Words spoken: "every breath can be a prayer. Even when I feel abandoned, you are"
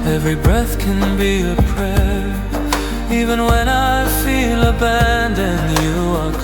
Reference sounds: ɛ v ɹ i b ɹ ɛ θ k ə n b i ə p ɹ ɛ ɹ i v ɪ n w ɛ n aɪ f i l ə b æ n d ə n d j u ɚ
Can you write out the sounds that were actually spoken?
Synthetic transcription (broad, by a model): ɛ v ɹ i b ɹ ɛ θ k ə n b i ə p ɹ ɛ i v ɪ n w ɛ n aɪ f i l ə b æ n d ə n j u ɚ